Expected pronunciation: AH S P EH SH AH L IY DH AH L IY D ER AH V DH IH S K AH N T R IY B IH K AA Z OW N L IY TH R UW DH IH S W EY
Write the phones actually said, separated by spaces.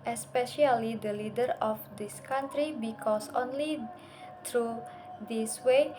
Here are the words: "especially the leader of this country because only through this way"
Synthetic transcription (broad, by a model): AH S P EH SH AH L IY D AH L IY D ER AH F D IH S K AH N T R IY B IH K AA S OW N L IY T R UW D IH S W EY